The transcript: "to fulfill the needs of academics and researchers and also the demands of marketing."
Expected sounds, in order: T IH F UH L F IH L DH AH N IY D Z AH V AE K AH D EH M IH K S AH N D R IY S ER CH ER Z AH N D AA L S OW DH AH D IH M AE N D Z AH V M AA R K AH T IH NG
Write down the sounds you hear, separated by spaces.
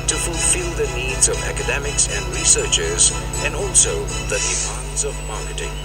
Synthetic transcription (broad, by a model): T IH F UH L F IH L DH AH N IY D Z AH V AE K AH D EH M IH K S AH N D R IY S ER CH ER Z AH N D AA L S OW DH AH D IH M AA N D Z AH V M AA R K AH T IH NG